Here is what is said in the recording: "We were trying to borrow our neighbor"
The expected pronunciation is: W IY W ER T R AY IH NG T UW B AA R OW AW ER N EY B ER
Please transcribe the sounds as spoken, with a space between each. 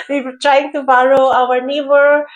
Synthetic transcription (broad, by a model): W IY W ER T R AY IH NG T UW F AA L OW AW ER N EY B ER